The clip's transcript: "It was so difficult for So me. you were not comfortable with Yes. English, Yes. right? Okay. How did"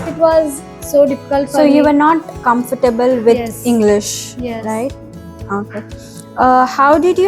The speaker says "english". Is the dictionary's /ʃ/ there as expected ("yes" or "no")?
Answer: yes